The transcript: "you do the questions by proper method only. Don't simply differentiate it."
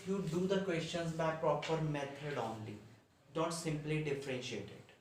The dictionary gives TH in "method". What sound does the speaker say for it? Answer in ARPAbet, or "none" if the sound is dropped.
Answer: T